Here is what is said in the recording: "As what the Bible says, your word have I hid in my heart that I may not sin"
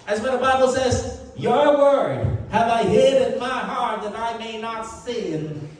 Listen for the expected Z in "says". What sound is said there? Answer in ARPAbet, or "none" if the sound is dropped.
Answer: Z